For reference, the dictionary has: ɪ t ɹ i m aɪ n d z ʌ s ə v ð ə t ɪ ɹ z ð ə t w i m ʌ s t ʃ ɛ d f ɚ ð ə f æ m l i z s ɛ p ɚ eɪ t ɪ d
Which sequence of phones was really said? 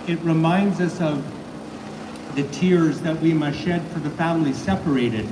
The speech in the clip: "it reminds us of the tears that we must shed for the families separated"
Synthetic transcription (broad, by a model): ɪ t ɹ i m aɪ n d z ʌ s ə v ð ə t ɪ ɹ z ð ə t w i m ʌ ʃ ɛ d f ɚ ð ə f æ m l i s ɛ p ɚ eɪ t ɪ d